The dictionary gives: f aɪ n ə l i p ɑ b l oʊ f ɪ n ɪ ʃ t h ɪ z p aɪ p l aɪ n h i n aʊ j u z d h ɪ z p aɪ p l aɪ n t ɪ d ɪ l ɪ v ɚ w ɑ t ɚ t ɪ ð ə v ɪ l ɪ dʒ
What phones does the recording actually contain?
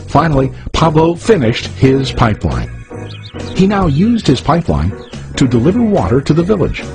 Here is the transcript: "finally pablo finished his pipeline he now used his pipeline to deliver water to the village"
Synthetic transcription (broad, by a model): f aɪ n l i p ɑ b l oʊ f ɪ n ɪ ʃ t h ɪ z p aɪ p l aɪ n h i n aʊ j u z d h ɪ z p aɪ p l aɪ n t ɪ d ɪ l ɪ v ɚ w ɑ t ɚ t ɪ ð ə v ɪ l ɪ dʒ